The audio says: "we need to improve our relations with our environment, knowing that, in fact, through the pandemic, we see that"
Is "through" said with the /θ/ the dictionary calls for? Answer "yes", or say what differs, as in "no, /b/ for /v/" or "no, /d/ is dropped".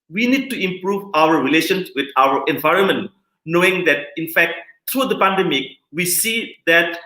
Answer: no, /t/ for /θ/